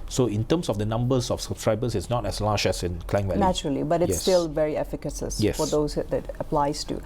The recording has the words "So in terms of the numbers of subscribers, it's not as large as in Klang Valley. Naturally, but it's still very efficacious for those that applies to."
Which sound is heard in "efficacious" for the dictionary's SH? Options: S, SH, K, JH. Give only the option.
S